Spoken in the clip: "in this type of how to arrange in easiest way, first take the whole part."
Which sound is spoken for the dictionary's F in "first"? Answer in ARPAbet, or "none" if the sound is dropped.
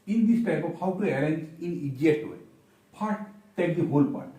P